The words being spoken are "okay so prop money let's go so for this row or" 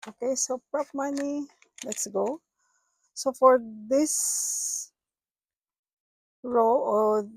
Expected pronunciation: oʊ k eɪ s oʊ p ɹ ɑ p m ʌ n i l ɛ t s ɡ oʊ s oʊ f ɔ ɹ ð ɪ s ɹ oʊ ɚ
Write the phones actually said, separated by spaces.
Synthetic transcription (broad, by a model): oʊ k eɪ s oʊ p ɹ ɑ p m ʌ n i l ɛ t s ɡ oʊ s oʊ f ɔ ɹ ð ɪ s ɹ oʊ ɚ